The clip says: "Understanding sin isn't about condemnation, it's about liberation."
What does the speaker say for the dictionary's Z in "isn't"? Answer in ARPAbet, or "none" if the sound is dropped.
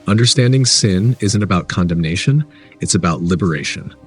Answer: Z